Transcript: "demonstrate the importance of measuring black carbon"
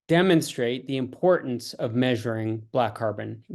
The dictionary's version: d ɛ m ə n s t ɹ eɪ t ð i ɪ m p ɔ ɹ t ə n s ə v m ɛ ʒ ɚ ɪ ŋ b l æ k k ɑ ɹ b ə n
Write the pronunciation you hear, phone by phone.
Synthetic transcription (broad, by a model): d ɛ m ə n s t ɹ eɪ t ð i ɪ m p ɔ ɹ t n s ə v m ɛ ʒ ɚ ɪ ŋ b l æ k k ɑ ɹ b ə n